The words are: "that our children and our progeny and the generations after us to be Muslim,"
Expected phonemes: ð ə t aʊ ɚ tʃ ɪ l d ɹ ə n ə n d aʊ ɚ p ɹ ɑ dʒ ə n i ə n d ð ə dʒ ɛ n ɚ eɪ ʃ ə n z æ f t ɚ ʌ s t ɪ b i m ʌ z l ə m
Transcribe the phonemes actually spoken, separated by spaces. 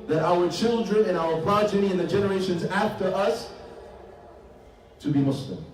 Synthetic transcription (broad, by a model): ð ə t aʊ ɚ tʃ ɪ l d ɹ ə n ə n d aʊ ɚ p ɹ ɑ dʒ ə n i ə n ð ə dʒ ɛ n ɚ eɪ ʃ ə n z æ f t ɚ ʌ s t ɪ b i m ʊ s l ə m